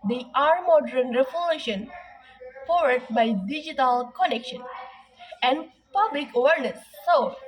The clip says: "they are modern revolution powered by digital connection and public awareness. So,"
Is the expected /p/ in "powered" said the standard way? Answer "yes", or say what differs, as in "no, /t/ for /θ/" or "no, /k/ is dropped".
no, /f/ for /p/